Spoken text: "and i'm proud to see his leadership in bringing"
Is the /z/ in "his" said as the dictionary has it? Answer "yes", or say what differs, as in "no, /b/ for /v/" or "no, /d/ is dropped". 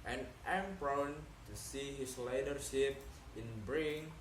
no, /s/ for /z/